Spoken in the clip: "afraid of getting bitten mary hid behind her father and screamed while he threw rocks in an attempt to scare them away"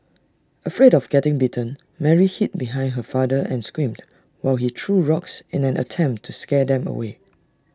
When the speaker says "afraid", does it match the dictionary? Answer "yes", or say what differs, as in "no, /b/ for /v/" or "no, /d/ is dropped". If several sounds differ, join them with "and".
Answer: yes